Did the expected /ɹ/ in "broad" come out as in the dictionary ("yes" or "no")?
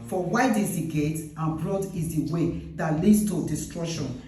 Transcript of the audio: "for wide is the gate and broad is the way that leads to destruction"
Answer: no